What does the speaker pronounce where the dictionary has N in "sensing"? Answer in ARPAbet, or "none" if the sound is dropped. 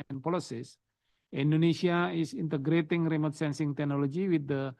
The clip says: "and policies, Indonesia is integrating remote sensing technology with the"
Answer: N